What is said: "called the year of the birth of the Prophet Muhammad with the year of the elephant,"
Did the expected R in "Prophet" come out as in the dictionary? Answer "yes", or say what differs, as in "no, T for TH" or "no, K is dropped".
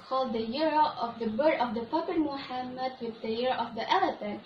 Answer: no, R is dropped